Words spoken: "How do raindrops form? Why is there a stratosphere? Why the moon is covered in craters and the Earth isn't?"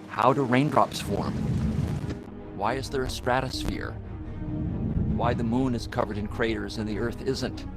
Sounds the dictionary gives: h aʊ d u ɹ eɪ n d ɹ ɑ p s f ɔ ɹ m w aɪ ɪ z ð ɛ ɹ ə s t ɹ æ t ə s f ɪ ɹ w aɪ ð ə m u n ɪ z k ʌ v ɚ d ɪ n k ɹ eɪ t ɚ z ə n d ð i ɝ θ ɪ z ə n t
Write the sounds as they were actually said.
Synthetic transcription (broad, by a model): h aʊ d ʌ ɹ eɪ n d ɹ ɑ p s f ɔ ɹ m w aɪ ɪ z ð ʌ ɹ ə s t ɹ æ t ə s f ɪ ɹ w aɪ ð ə m u n ɪ z k ʌ v ɚ d ɪ n k ɹ eɪ t ɚ z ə n ð i ɝ θ ɪ z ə n t